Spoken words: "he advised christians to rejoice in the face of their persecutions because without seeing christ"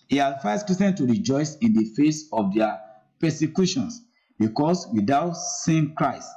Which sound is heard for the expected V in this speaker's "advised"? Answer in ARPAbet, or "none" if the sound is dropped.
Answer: F